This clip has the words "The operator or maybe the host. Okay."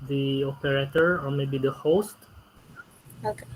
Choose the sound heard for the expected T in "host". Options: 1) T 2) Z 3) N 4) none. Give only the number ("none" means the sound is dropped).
1